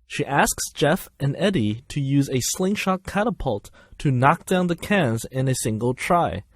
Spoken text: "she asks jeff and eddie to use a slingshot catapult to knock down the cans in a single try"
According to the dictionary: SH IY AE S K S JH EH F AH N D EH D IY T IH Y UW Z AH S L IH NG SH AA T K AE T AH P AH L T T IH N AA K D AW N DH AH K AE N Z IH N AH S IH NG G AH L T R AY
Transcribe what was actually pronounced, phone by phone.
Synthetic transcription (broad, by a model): SH IY AE S K S JH EH F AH N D EH D IY T IH Y UW Z AH S L IH NG SH AA K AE T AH P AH L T T IH N AA K D AW N DH AH K AE N Z IH N AH S IH NG G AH L T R AY